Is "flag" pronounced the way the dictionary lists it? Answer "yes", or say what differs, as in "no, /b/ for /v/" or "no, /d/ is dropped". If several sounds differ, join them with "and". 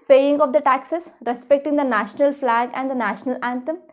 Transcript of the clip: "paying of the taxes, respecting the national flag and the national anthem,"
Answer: yes